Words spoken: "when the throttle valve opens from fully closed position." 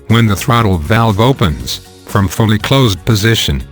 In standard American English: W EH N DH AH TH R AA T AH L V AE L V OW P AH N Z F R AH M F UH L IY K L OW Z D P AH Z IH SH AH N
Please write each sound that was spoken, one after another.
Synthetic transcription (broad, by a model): W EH N DH AH TH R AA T L V AE L V OW P AH N Z F R AH M F UH L IY K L OW Z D P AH Z IH SH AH N